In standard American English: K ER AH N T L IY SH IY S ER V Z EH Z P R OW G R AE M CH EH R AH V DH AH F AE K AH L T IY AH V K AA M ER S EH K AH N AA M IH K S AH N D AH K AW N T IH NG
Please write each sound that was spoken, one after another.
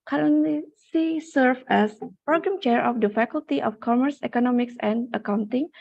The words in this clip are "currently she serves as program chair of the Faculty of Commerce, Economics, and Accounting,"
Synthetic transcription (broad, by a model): K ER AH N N L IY S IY S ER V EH S P R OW G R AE M CH EH R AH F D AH F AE K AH L T IY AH F K AA M ER S EH K AH N AA M IH K S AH N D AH K AW N T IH NG